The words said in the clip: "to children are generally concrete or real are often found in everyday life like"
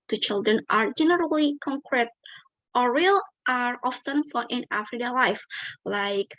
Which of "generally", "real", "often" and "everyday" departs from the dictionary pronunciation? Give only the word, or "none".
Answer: everyday